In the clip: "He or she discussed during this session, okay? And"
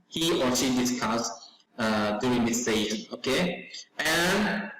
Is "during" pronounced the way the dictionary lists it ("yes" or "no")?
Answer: no